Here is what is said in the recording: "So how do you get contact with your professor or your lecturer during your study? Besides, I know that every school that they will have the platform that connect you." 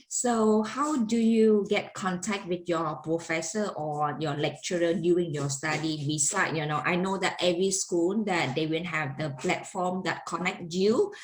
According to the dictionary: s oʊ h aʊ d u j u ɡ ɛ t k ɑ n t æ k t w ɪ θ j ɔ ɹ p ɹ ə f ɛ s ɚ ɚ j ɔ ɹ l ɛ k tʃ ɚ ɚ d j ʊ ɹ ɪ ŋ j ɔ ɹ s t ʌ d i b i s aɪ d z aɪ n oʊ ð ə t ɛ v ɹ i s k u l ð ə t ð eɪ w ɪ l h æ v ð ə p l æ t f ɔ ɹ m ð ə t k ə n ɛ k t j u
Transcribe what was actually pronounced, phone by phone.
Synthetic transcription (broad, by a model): s oʊ h aʊ d u j u ɡ ɛ t k ɑ n t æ k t w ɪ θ j ɔ p ɹ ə f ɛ s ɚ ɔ j ɔ l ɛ k tʃ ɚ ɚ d j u ɪ ŋ j ɔ s t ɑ d i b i s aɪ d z aɪ n oʊ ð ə t ɛ v ɹ i s k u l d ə t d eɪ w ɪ n h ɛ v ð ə p l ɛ t f ɔ m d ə t k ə n ɛ k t j u